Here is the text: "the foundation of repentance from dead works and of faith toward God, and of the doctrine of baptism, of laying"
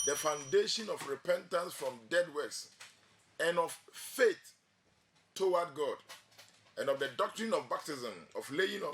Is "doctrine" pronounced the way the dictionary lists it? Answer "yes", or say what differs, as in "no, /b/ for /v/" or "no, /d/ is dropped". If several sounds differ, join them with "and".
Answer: yes